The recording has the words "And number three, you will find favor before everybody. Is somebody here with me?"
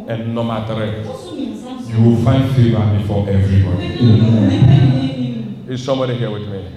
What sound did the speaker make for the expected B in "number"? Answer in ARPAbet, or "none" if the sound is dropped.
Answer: none